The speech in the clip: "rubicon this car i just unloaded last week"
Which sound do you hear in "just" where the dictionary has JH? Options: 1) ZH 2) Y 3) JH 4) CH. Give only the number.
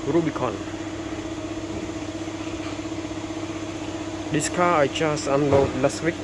4